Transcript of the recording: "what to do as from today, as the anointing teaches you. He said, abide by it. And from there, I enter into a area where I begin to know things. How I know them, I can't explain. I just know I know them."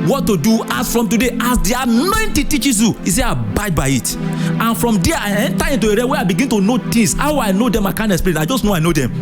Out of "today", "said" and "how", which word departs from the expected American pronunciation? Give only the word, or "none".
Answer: said